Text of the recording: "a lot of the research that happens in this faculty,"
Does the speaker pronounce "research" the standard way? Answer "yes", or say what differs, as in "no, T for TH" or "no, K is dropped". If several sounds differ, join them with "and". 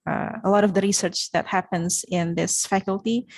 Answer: yes